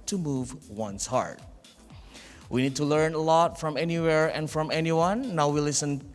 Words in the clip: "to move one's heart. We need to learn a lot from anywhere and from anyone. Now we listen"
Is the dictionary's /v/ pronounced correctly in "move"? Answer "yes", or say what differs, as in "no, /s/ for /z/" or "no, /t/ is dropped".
yes